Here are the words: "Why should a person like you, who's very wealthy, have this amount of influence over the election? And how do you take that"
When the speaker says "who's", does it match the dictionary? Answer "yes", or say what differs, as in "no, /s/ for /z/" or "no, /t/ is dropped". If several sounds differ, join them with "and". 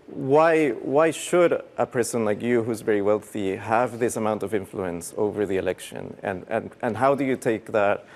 yes